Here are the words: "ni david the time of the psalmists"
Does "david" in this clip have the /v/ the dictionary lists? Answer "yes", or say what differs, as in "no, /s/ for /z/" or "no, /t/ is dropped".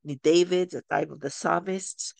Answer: yes